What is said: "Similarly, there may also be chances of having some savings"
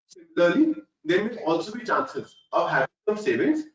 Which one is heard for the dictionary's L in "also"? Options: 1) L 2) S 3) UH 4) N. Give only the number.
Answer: 1